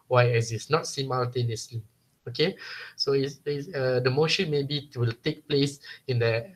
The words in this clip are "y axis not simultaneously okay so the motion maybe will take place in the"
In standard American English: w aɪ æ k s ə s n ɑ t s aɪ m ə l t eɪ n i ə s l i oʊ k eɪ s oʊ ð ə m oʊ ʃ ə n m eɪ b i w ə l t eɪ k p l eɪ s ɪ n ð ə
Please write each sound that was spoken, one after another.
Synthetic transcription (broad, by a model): w aɪ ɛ s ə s n ɑ t s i m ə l t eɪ n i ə s l i oʊ k eɪ s oʊ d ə m oʊ ʃ ə n m eɪ b i w ə l t eɪ k p l eɪ s ɪ n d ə